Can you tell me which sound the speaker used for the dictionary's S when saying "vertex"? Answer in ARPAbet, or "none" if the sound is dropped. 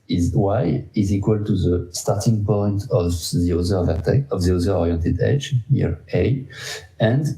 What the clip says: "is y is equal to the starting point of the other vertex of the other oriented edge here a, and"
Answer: none